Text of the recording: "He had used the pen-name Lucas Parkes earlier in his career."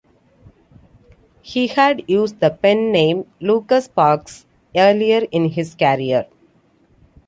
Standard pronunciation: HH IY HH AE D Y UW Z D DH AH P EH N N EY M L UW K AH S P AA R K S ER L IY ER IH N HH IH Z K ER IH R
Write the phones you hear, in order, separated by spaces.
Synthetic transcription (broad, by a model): HH IY HH AE D Y UW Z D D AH P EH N N EY M L UW K AH S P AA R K S ER L IY ER IH N HH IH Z K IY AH R